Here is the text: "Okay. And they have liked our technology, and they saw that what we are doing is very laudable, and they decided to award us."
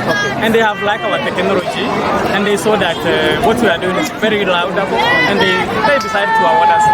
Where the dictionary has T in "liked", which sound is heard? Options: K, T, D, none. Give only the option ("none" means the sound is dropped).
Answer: none